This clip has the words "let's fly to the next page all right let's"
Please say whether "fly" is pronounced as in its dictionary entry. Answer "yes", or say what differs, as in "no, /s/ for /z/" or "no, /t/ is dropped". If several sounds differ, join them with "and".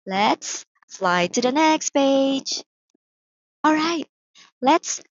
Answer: yes